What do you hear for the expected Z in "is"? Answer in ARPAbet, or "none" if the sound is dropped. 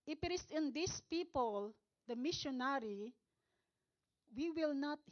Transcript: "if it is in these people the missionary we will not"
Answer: S